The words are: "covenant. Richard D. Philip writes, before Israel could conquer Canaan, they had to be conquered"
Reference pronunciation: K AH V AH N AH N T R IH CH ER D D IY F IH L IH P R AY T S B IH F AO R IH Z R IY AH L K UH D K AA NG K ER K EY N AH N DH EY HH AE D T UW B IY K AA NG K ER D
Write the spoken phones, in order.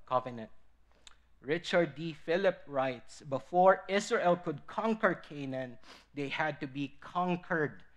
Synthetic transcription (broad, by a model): K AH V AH N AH N T R IH CH ER D D IY F IH L IH P R AY T S B IH F AO R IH S R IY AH L K UH D K AA NG K ER K EY N AH N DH EY HH AE D T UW B IY K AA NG K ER D